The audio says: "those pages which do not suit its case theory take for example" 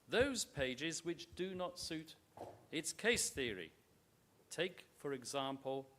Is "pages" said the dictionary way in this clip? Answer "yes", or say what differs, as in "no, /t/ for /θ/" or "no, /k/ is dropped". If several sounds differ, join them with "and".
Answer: yes